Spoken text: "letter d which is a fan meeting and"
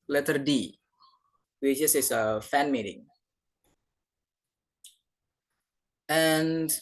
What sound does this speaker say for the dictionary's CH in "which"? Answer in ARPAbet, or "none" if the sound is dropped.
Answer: S